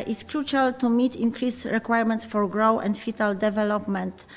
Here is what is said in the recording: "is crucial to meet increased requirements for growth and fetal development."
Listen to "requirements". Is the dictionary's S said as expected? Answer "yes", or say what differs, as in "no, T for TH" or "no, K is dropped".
no, S is dropped